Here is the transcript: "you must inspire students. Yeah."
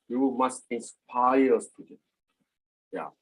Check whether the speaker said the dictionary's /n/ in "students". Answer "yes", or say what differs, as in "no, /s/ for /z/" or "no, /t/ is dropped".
no, /n/ is dropped